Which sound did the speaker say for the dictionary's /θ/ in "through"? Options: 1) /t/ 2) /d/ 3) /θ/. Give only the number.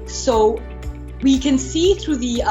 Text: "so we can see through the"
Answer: 3